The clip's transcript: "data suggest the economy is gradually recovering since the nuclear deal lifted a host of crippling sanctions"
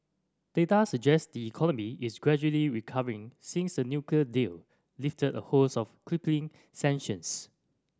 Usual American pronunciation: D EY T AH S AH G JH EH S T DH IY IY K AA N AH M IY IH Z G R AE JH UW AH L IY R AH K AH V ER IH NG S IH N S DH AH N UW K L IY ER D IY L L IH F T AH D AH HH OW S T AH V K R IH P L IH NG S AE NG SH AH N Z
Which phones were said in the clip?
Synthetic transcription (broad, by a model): D EY T AH S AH JH EH S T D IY IY K AA N AH M IY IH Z G R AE JH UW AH L IY R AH K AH V ER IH NG S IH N S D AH N UW K L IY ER D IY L L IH F T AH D AH HH OW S AH F K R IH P L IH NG S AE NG SH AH N S